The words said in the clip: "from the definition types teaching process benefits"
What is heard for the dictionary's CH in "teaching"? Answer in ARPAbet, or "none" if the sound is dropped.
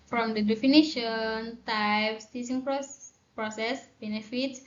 S